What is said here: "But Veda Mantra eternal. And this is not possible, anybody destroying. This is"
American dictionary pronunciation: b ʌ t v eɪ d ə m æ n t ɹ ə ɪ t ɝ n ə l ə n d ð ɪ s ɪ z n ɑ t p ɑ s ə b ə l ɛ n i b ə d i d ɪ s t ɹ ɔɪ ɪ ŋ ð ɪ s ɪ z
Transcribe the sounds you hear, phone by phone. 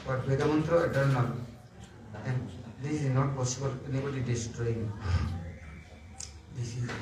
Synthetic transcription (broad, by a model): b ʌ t b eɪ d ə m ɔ n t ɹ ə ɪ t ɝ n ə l ə n d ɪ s ɪ z n ɑ t p ɑ s ə b ə l ɛ n i b ə d i d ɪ s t ɹ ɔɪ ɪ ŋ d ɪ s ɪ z